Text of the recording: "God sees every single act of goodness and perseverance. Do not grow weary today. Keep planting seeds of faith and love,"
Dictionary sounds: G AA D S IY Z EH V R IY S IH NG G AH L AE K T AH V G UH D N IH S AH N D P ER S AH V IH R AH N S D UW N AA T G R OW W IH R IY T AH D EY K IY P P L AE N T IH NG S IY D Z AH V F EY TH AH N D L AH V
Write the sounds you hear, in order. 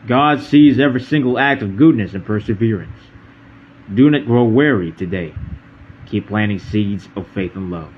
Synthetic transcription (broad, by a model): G AA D S IY Z EH V R IY S IH NG G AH L AE K T AH V G UH D N IH S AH N P ER S AH V IH R AH N S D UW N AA T G R OW W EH R IY T AH D EY K IY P P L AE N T IH NG S IY D Z AH V F EY TH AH N L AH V